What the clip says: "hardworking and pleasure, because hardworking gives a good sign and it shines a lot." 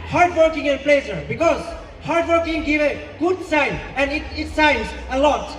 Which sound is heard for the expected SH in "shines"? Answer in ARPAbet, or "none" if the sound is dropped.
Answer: S